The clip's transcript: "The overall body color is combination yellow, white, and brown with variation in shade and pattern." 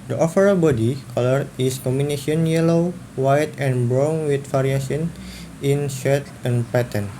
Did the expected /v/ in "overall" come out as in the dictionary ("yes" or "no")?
no